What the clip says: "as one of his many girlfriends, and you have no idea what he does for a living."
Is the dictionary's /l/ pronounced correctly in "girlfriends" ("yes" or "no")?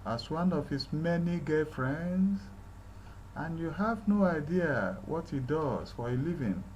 no